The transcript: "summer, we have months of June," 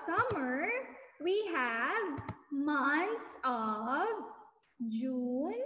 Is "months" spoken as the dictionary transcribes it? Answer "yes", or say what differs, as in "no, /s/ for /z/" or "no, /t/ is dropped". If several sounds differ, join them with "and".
no, /t/ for /θ/